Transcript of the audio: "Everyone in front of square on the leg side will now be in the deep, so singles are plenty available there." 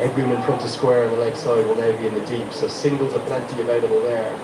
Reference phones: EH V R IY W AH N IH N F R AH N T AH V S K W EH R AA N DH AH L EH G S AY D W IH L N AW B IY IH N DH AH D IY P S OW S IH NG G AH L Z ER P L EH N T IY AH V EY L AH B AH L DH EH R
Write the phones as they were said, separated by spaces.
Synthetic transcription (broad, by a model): EH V R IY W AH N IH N P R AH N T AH S K W EH R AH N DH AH L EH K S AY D W IH L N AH B IY IH N DH AH D IY P S OW S IH NG G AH L ER P L EH N T IY AH V EY L AH B AH L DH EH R